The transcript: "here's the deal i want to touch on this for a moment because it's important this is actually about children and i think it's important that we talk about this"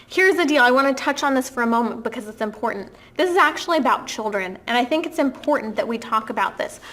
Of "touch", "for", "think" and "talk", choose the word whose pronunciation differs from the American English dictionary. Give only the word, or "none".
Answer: none